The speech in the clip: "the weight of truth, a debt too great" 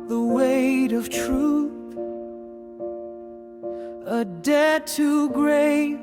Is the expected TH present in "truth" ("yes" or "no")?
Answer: yes